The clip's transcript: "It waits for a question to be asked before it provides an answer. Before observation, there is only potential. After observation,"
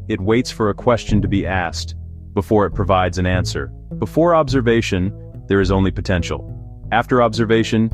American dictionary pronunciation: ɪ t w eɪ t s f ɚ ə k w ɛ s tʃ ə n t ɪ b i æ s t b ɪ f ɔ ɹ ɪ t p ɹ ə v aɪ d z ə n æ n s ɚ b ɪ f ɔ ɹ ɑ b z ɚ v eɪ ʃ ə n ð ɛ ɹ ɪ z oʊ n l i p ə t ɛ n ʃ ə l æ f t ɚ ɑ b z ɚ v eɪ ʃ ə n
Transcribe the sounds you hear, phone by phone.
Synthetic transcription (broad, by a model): ɪ t w eɪ t s f ɚ ə k w ɛ s tʃ ə n t ɪ b i æ s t b ɪ f ɔ ɹ ɪ t p ɹ ə v aɪ d z ə n æ n s ɚ b ɪ f ɔ ɹ ɑ b z ɚ v eɪ ʃ ə n ð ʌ ɹ ɪ z oʊ n l i p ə t ɛ n ʃ l æ f t ɚ ɑ b z ɚ v eɪ ʃ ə n